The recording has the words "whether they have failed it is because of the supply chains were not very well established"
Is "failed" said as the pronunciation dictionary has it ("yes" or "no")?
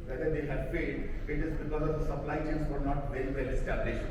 no